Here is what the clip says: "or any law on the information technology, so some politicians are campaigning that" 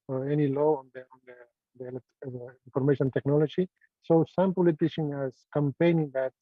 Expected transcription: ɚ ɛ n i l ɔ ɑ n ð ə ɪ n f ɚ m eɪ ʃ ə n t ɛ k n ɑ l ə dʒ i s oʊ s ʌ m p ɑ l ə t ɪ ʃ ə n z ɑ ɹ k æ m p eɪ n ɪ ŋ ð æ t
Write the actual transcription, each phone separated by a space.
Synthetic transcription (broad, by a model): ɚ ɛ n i l ɔ ɑ n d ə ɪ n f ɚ m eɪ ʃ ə n t ɛ k n ɑ l ə dʒ i s oʊ s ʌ m p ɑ l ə t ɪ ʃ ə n ɑ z k æ m p eɪ n ɪ ŋ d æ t